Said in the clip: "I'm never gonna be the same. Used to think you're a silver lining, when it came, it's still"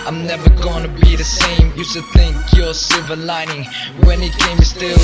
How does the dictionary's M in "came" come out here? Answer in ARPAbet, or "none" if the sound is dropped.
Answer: none